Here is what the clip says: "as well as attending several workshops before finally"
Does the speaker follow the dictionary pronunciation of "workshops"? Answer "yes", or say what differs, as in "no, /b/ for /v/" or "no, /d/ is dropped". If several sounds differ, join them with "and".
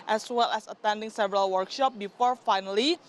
no, /s/ is dropped